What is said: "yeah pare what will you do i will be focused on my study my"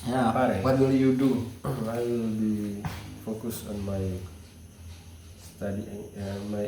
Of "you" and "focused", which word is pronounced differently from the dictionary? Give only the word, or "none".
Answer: focused